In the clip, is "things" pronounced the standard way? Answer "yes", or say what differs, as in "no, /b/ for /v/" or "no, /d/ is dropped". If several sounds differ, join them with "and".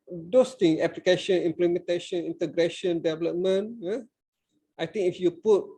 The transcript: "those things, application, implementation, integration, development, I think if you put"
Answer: no, /z/ is dropped